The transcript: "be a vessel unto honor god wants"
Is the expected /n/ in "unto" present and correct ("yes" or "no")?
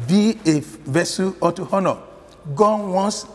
no